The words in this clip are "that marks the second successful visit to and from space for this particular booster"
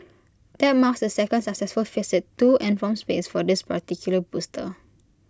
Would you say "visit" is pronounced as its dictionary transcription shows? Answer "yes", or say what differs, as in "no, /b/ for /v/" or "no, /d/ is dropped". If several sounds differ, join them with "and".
no, /f/ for /v/